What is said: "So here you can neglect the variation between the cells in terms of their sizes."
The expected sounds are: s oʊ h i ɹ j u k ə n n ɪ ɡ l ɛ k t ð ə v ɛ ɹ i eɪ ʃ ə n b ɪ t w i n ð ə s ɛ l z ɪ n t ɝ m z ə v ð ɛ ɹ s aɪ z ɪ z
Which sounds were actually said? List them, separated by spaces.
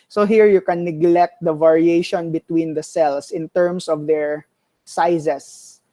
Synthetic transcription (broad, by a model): s oʊ h i ɹ j u k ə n n ɪ ɡ l ɛ k t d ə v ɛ ɹ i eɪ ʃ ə n b ɪ t w i n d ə s ɛ l s ɪ n t ɝ m s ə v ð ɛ ɹ s aɪ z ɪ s